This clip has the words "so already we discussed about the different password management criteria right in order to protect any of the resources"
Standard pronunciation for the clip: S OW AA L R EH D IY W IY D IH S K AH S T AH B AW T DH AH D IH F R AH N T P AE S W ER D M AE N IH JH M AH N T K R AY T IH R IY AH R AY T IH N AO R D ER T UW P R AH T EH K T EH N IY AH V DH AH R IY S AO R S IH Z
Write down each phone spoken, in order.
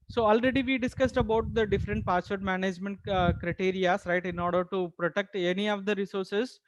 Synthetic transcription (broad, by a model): S OW AA L R EH D IY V IY D IH S K AH S T AH B AW T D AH D IH F R AH N T P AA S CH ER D M AE N IH JH M AH N T K R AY T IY R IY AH R AY T IH N AO R D ER T UW P R AH T EH K T EH N IY AH V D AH R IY S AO R S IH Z